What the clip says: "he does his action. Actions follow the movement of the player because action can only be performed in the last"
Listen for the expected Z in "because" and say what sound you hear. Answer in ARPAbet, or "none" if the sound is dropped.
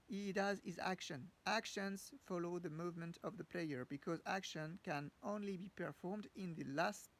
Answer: Z